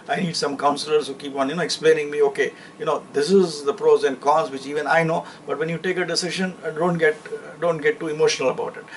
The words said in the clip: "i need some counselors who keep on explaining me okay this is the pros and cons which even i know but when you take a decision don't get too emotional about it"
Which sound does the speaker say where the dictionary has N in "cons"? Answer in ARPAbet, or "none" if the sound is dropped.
none